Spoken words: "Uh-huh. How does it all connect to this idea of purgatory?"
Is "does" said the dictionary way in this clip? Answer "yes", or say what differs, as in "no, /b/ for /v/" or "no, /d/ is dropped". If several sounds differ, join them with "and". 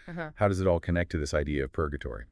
yes